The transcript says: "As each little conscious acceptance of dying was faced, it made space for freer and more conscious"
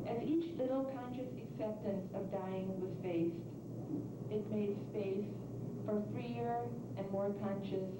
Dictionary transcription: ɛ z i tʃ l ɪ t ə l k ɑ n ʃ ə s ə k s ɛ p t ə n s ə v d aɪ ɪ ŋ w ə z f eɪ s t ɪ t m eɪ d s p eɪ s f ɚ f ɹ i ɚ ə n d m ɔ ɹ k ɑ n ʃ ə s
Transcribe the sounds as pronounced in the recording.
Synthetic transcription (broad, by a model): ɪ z i tʃ l ɪ t l k ɑ n ʃ ə s ə k s ɛ p t ə n s ə v d aɪ ɪ ŋ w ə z f eɪ s t ɪ t m eɪ d s p eɪ s f ɚ f ɹ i ɚ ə n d m ɔ ɹ k ɑ n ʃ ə s